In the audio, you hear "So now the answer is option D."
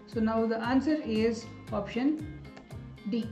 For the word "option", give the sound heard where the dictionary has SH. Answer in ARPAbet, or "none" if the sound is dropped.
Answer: SH